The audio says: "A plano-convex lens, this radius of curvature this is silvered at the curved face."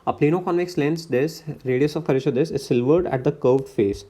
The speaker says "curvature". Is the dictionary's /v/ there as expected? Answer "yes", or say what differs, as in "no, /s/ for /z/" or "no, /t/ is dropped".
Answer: no, /v/ is dropped